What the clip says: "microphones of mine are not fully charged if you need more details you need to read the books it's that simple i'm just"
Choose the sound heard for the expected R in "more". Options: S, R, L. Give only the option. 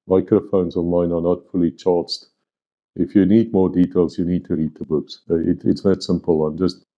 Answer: R